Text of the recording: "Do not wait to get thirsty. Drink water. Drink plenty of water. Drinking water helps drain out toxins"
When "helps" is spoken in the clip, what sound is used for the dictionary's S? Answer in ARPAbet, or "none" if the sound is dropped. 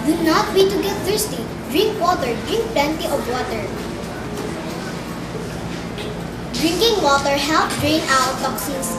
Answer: none